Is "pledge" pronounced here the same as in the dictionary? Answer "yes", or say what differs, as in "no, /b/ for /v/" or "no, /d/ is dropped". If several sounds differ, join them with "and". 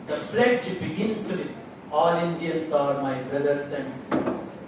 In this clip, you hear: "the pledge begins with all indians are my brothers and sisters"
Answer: no, /f/ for /p/